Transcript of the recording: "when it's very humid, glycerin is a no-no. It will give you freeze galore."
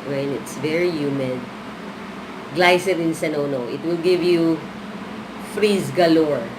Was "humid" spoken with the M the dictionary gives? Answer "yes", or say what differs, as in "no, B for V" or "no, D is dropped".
yes